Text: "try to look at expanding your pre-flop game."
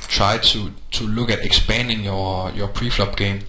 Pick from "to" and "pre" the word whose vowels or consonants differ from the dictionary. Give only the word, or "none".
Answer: to